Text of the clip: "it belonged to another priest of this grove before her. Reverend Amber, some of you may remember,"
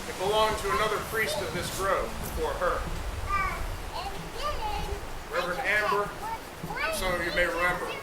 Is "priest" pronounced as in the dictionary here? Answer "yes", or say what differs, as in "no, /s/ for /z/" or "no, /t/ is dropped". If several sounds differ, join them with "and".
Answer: yes